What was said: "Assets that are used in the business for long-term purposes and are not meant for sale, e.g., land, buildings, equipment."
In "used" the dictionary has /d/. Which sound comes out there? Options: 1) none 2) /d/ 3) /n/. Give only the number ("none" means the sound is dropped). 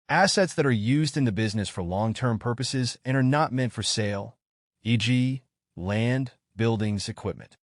2